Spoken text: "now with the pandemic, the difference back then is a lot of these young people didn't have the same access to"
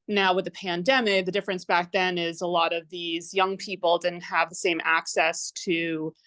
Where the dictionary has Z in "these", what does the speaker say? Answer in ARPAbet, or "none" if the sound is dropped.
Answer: Z